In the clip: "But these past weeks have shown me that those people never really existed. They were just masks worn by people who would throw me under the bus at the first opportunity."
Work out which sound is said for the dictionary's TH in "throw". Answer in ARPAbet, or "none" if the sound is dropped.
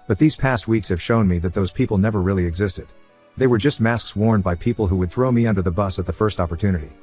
TH